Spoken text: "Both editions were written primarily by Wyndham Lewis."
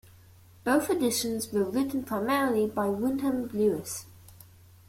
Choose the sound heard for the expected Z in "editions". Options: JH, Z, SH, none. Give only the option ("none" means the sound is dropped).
Z